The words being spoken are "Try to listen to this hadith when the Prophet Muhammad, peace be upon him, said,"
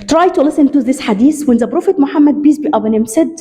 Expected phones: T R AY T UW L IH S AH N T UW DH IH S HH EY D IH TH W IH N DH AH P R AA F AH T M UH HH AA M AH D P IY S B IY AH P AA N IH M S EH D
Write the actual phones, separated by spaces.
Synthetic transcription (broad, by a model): T R AY T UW L IH S AH N T UW DH IH S HH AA D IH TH W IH N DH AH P R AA F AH T M UH HH AA M AH D B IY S B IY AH B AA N IH M S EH D